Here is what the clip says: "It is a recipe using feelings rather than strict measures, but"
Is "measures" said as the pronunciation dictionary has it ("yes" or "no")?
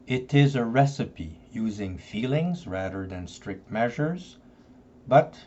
yes